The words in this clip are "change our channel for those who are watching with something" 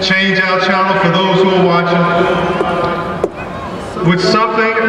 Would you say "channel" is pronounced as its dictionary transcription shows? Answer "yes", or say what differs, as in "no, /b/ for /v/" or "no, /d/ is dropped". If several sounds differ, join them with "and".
no, /n/ is dropped